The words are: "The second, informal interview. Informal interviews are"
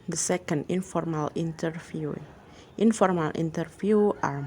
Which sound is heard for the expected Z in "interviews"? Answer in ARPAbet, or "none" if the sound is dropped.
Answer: none